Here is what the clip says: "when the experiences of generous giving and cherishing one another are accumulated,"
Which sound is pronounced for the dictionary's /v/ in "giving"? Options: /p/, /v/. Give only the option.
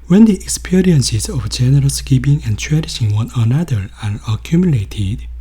/p/